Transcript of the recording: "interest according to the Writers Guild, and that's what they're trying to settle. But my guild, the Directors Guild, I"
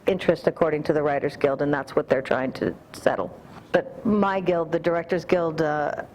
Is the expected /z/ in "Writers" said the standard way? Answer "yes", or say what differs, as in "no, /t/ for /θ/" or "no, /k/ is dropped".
yes